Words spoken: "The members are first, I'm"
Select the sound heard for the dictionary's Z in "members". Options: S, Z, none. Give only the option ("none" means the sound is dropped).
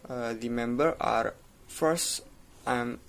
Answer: none